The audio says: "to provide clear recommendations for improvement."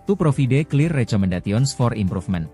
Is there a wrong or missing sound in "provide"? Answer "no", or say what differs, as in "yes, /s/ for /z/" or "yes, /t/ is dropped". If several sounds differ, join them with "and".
yes, /f/ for /v/